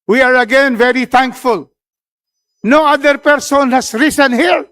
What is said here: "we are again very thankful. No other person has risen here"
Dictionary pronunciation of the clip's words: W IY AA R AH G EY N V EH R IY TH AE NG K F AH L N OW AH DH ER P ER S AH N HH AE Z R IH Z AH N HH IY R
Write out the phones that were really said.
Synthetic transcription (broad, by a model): W IY AA R AH G EY N V EH R IY T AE NG K F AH L N OW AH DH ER P ER S AH N HH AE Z R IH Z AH N HH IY R